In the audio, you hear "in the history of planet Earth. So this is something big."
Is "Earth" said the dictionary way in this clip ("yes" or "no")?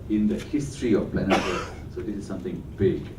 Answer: no